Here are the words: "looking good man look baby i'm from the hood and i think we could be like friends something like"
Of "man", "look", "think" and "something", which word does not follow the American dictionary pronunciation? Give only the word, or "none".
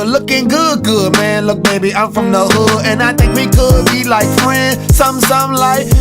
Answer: something